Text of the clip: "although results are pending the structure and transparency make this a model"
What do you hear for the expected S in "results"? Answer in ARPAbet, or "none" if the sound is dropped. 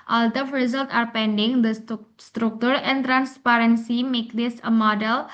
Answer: none